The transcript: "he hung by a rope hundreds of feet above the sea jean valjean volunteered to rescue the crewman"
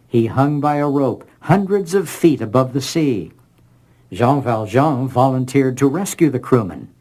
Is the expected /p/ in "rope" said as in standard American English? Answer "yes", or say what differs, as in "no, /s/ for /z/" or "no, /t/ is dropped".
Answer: yes